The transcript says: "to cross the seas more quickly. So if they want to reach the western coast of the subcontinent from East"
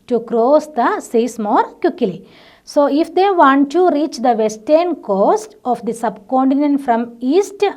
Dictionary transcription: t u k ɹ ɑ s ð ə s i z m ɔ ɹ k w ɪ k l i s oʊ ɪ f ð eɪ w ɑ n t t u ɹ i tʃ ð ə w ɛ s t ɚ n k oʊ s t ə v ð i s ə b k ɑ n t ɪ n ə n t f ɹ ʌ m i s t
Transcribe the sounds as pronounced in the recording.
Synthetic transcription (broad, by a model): t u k ɹ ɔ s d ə s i s m ɔ ɹ k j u k l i s oʊ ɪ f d eɪ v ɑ n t t u ɹ i tʃ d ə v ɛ s t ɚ n k oʊ s t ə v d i s ə b k ɑ n t ɪ n ə n t f ɹ ʌ m i s t